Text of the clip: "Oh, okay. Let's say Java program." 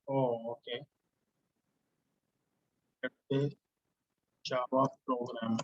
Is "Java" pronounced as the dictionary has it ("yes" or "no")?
no